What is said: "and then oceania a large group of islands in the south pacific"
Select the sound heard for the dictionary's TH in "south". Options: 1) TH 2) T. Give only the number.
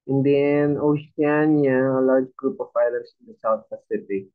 2